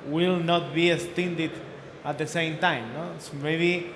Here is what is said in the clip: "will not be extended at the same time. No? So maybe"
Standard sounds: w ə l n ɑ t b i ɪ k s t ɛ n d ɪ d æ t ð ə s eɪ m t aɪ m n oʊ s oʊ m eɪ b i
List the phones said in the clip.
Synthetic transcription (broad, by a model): w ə l n ɑ t b i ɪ s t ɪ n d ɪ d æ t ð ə s eɪ m t aɪ m n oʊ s m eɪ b i